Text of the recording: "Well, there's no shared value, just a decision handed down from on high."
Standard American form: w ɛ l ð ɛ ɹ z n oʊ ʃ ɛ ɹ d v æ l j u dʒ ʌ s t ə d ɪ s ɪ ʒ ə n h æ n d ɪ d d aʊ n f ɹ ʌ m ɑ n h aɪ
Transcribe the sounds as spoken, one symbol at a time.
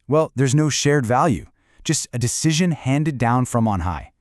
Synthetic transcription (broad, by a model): w ɛ l ð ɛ ɹ z n oʊ ʃ ɛ ɹ d v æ l j u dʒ ʌ s t ə d ɪ s ɪ ʒ ə n h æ n d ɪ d d aʊ n f ɹ ʌ m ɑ n h aɪ